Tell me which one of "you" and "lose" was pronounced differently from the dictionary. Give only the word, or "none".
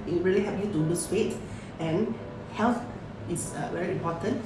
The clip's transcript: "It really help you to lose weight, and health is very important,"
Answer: lose